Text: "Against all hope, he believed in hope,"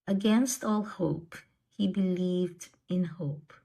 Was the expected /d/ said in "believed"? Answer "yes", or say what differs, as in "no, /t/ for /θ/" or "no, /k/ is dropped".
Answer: yes